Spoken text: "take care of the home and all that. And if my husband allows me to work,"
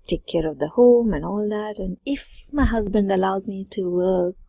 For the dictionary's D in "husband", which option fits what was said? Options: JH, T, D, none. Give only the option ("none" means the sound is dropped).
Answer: D